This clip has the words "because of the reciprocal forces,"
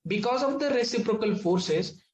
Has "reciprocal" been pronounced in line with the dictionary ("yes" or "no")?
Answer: yes